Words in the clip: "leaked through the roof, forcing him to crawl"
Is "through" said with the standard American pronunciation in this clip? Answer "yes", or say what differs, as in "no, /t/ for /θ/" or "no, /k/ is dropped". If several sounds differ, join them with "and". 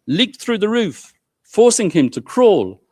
yes